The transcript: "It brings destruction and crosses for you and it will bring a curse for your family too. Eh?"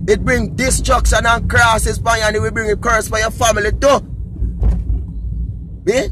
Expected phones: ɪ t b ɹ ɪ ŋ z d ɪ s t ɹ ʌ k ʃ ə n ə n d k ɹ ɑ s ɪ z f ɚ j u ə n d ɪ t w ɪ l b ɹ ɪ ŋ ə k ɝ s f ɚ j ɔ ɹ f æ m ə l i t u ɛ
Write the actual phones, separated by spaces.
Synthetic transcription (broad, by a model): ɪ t b ɹ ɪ ŋ d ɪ s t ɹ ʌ k s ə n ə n k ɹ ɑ s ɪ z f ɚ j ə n ɪ t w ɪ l b ɹ ɪ ŋ ə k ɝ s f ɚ j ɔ f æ m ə l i t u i